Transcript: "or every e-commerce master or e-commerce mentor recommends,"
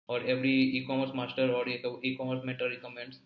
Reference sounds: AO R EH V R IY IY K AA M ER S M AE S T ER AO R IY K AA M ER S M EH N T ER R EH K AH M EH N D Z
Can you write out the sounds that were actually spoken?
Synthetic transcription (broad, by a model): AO R EH V R IY IY K AA M ER S M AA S T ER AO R IY K AA M ER S M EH T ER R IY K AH M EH N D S